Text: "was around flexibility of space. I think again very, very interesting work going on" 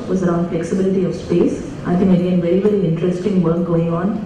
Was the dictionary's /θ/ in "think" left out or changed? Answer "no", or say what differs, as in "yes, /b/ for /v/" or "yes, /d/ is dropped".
yes, /t/ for /θ/